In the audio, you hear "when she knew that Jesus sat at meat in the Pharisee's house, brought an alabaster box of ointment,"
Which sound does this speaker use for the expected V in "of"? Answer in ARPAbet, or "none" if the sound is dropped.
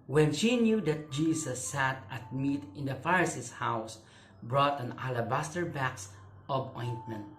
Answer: B